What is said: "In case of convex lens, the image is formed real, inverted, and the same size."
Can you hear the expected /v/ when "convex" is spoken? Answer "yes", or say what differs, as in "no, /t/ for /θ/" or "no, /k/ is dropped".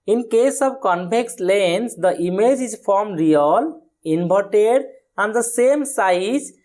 no, /p/ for /v/